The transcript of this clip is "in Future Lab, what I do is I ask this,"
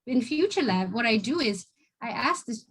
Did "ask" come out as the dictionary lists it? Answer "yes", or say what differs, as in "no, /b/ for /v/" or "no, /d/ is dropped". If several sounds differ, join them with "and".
yes